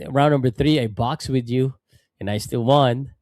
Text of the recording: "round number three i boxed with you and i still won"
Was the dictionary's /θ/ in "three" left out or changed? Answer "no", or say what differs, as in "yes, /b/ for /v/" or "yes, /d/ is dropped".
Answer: no